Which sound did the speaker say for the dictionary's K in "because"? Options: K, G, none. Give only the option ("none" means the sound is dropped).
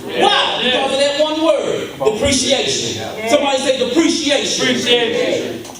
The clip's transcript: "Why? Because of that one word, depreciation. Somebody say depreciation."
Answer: none